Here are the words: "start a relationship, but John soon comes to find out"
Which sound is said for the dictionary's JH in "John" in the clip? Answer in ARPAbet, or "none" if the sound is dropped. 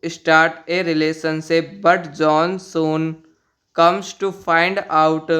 JH